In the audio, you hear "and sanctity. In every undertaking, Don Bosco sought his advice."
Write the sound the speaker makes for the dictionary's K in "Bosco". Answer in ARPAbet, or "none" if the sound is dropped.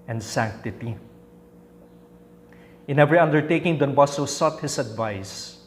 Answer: none